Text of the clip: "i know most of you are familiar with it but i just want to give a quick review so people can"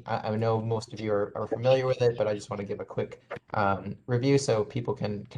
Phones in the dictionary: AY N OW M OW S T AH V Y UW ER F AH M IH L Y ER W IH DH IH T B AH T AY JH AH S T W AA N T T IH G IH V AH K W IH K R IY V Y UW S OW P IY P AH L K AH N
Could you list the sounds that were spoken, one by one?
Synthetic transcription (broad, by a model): AY N OW M OW S T AH V Y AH ER F AH M IH L Y ER W IH DH IH T B AH T AY JH AH S T W AA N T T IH G IH V AH K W IH K R IY V Y UW S OW P IY P L K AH N